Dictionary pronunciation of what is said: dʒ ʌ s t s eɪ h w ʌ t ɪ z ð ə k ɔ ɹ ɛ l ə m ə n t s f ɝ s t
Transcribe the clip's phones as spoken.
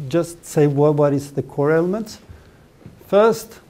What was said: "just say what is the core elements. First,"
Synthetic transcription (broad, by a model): dʒ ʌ s t s eɪ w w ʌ t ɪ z ð ə k ɔ ɹ ɛ l ə m ə n t s f ɝ s t